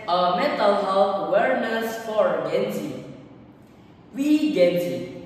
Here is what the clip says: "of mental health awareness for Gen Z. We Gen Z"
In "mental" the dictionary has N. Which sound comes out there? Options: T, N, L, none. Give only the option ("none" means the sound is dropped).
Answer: none